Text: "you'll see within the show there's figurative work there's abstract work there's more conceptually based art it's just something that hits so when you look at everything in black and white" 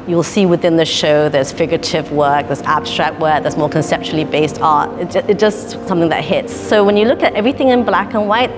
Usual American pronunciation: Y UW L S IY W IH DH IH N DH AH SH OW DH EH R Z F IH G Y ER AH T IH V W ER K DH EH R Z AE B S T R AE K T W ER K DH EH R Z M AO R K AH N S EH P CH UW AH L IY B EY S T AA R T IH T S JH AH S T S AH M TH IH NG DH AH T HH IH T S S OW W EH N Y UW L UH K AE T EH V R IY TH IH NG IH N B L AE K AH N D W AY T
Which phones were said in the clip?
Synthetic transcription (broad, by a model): Y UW L S IY W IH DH IH N DH AH SH OW DH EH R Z F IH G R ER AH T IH V W ER K DH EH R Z AE B S T R AE K T W ER K DH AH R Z M AO R K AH N S EH P CH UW L IY B EY S T AA R T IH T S JH AH S T S AH M TH IH NG DH AH T HH IH T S S OW W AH N Y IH L UH K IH T EH V R IY TH IH NG IH N B L AE K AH N W AY T